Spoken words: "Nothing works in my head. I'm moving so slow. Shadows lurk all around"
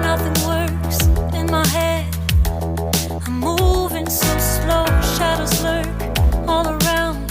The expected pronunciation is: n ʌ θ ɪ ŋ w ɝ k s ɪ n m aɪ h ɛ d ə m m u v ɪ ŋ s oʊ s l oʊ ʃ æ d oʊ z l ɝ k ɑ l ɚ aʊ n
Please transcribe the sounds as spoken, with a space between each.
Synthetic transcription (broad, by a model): n ʌ θ ɪ ŋ w ɝ s ɪ n m aɪ h ɛ d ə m m u v ɪ ŋ s oʊ s l oʊ ʃ æ d oʊ z l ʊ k ɑ l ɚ aʊ n